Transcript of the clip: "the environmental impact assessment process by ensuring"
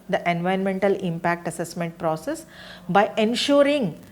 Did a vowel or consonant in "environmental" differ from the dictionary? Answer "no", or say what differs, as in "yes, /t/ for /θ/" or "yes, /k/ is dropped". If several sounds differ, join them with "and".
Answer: yes, /ɹ/ is dropped